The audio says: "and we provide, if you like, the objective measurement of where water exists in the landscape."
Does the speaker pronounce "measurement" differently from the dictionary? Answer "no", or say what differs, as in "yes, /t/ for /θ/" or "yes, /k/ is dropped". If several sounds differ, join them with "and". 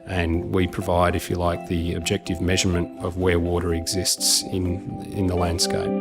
no